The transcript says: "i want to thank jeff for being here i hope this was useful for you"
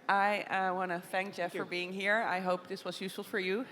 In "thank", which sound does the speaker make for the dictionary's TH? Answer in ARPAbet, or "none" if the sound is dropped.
TH